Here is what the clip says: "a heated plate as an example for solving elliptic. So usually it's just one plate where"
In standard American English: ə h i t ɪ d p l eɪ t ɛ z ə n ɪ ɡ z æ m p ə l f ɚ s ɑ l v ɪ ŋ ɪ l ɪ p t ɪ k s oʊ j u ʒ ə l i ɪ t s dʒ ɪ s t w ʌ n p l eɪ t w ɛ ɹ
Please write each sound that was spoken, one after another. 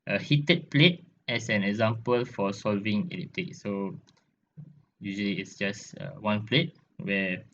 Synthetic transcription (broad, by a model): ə h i t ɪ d p l eɪ t ɛ s ə n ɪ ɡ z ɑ m p ə l f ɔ s ɑ l v ɪ ŋ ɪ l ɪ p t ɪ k s oʊ j u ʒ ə l i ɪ t s dʒ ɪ s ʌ w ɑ n p l eɪ t w ɛ